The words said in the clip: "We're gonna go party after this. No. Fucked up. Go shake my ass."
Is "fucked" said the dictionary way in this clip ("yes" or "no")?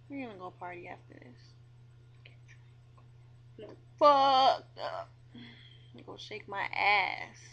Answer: no